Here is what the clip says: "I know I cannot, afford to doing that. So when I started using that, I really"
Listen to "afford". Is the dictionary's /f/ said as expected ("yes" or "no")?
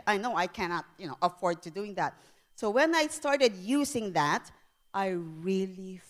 yes